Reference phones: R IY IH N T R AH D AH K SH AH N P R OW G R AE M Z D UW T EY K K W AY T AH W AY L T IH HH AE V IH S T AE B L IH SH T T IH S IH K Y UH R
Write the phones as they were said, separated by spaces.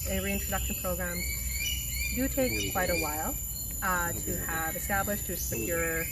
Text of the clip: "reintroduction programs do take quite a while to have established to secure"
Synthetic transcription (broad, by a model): R IY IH N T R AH D AH K SH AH N P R OW G R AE M D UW T EY K K W AY T AH W AY L T IH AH V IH S T AE B L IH SH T T IH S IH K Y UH R